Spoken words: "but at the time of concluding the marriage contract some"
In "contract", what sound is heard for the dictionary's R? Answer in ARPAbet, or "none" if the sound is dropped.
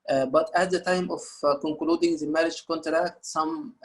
R